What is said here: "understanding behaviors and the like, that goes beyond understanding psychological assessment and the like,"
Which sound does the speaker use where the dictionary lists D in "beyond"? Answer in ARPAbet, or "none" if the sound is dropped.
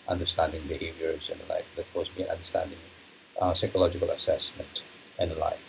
none